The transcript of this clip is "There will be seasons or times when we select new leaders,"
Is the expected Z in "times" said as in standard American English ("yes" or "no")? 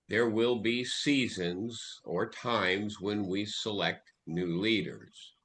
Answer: yes